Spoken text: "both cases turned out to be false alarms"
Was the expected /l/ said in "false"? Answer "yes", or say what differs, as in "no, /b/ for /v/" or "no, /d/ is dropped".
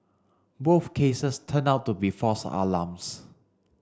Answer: no, /l/ is dropped